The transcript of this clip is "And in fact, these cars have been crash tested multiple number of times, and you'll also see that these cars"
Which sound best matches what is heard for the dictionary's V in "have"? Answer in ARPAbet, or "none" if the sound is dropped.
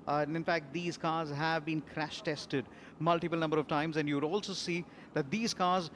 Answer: V